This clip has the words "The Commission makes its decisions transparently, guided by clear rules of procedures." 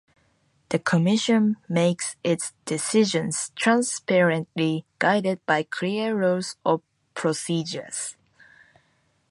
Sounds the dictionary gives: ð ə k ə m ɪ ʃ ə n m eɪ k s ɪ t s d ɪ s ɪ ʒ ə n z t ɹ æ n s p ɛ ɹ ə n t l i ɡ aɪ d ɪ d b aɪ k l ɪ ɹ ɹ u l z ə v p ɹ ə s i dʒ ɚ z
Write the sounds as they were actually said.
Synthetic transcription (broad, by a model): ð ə k ə m ɪ ʃ ə n m eɪ k s ɪ t s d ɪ s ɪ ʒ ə n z t ɹ æ n s p ɛ ɹ ə n t l i ɡ aɪ d ɪ d b aɪ k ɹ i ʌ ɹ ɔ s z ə p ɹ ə s i dʒ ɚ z